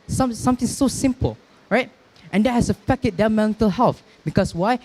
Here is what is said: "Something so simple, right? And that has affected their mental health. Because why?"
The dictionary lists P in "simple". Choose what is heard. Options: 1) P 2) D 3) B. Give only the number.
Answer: 1